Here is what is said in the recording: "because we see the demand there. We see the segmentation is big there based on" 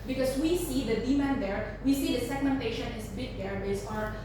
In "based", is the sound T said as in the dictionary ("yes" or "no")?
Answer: no